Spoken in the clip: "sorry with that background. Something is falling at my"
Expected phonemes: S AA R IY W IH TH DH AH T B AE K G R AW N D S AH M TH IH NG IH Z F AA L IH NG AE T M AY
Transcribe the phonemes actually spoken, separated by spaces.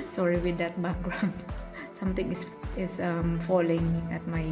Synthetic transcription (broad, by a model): S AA R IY W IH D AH T B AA K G R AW N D S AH M T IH NG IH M F AA L IH NG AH T M AY